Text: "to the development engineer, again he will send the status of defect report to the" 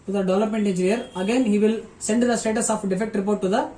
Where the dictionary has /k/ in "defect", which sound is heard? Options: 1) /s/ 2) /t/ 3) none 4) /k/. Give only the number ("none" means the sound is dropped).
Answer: 4